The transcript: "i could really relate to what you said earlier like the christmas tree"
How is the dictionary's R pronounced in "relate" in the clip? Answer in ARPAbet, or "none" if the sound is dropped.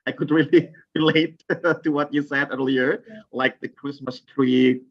R